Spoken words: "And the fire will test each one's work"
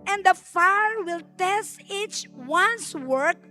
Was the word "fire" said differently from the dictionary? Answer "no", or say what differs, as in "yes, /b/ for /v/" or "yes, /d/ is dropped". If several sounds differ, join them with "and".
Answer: no